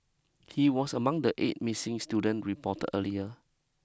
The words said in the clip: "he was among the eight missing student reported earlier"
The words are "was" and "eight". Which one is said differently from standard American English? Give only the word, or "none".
was